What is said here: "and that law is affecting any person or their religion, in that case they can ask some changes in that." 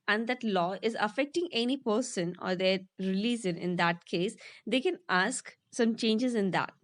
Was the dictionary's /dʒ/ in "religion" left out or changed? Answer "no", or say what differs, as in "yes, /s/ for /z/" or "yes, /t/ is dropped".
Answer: yes, /z/ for /dʒ/